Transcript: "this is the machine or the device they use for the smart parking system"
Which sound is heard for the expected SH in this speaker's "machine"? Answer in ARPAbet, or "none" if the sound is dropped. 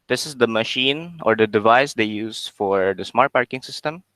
SH